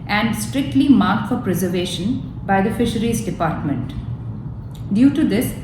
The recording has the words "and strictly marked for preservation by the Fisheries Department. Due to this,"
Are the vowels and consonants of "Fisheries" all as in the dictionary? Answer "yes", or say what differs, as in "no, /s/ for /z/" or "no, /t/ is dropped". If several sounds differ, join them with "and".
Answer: yes